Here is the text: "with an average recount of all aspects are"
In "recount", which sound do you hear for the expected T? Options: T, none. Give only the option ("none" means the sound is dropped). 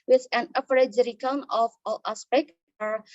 none